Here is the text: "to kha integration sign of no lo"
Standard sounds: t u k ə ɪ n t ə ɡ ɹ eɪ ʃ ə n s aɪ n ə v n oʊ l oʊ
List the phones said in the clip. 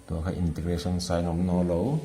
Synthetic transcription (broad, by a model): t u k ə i n t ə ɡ ɹ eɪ s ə n s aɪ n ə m n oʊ l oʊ